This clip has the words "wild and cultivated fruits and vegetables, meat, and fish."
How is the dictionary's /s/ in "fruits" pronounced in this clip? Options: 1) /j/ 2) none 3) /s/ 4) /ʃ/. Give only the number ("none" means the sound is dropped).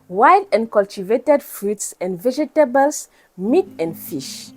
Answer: 3